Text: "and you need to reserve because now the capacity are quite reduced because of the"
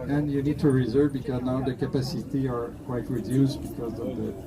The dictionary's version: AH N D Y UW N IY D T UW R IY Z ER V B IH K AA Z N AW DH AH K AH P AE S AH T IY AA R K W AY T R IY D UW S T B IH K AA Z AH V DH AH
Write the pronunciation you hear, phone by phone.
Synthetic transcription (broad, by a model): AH N Y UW N IY D T UW R IY Z ER V B IH K AA Z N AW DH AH K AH P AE S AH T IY AA R K W AY T R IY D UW S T B IH K AA Z AH V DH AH